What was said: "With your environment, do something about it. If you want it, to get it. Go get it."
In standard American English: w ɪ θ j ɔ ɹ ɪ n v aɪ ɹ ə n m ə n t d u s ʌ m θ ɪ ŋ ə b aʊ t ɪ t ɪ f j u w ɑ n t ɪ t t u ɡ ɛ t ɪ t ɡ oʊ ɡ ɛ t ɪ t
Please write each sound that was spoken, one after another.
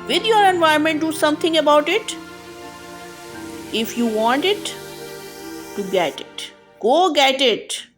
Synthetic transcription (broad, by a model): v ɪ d j ɔ ɹ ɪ n v aɪ ə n m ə n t d u s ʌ m t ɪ ŋ ə b aʊ t ɪ t ɪ f j u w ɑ n t ɪ t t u ɡ ɛ t ɪ t ɡ oʊ ɡ ɛ t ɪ t